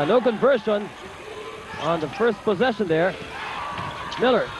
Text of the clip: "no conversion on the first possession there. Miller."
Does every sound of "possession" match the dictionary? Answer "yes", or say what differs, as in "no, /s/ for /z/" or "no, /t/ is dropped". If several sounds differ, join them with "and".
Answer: yes